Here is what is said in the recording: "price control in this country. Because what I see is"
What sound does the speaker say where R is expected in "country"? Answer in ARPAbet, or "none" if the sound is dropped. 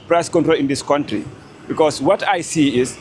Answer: R